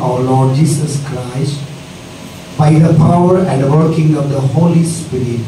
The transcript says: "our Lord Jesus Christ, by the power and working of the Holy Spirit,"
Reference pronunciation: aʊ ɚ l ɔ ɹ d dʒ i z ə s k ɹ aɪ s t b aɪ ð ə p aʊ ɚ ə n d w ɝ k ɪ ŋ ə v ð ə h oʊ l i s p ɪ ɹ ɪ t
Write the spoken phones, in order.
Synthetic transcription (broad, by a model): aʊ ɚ l ɔ d dʒ i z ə s k ɹ aɪ s t b aɪ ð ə p aʊ ɚ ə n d w ɝ k ɪ ŋ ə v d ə h oʊ l i s p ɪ ɹ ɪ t